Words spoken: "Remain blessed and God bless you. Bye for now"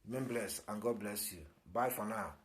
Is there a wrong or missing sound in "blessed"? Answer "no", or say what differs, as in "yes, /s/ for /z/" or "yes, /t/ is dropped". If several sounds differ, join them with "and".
yes, /t/ is dropped